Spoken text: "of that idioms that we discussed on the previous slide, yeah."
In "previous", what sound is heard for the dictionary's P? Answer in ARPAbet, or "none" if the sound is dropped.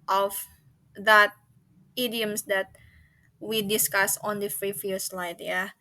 F